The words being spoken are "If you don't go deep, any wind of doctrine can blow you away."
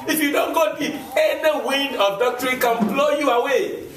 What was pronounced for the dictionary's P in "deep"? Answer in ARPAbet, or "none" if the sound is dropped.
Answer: none